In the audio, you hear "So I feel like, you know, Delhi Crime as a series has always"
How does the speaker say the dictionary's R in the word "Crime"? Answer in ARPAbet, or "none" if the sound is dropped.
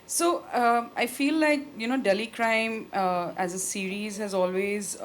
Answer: R